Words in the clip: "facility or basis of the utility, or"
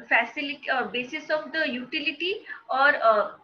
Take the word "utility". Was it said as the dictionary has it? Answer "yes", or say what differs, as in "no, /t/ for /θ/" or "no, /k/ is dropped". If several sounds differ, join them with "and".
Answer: yes